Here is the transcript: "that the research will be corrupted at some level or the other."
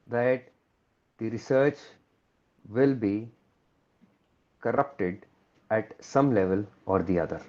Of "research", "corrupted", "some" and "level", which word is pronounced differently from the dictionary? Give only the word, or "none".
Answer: none